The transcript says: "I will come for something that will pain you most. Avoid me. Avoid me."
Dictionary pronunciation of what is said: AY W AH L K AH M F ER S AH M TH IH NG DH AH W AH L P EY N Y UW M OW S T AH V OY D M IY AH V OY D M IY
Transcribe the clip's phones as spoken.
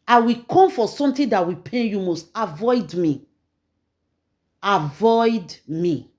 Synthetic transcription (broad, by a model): AY W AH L K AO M F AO S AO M T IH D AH W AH P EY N Y UW M OW S T AH V OY D M IY AH V OY D M IY